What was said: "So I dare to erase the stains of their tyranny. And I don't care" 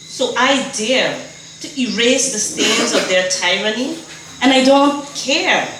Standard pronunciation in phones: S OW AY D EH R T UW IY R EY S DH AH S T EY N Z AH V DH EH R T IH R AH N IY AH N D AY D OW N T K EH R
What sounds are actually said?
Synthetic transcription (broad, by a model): S OW AY D EH R T UW IY R EY S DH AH S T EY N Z AH V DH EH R T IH R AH N IY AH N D AY D OW N T K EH R